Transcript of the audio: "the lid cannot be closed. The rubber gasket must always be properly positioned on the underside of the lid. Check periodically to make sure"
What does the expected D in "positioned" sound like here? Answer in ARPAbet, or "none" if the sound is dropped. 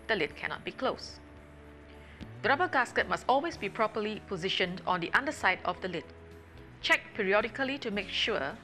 D